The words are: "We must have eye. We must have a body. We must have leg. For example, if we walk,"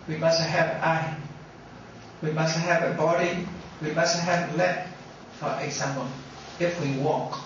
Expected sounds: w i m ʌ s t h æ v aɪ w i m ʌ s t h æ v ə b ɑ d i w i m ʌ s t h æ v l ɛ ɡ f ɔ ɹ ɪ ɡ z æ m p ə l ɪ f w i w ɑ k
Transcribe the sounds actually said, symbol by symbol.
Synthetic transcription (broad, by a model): w i m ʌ s t h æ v aɪ w i m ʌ s t h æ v ə b ɑ d i w i m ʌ s t h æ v l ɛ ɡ f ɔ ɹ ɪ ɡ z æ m ə n ɪ f w i w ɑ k